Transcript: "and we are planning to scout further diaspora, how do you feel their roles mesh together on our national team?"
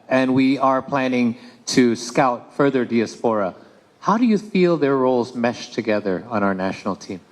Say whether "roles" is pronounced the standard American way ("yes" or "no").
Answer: yes